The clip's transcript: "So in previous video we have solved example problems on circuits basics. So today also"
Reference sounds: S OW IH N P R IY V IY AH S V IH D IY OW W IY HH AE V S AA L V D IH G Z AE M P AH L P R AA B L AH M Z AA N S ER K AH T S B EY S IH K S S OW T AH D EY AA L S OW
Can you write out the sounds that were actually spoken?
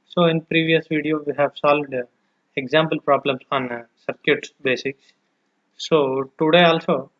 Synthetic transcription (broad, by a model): S OW IH N P R IY V IY AH S V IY D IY OW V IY HH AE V S AA L V D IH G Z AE M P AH L P R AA B L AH M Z AA N S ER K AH T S B EY S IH K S S OW T AH D EY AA L S OW